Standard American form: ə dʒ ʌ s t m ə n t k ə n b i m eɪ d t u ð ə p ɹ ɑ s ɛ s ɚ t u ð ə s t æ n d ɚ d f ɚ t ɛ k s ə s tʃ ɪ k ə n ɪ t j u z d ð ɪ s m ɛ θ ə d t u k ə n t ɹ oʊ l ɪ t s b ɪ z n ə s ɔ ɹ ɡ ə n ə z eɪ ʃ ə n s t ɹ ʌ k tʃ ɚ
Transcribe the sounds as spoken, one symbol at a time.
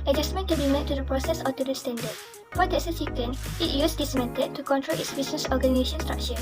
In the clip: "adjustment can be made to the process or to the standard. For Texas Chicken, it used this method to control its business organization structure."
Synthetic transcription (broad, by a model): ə dʒ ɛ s m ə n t k ə n b i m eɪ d t u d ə p ɹ ɑ s ɛ s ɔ t u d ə s t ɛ n d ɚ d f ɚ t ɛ s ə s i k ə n ɪ t j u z d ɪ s m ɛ t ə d t u k ə n t ɹ oʊ l ɪ t s b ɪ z n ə s ɔ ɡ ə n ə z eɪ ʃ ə n s t ɹ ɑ k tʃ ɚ